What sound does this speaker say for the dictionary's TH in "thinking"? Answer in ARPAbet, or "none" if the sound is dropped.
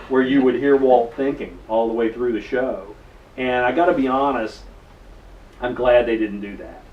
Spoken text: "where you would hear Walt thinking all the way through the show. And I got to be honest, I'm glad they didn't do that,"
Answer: TH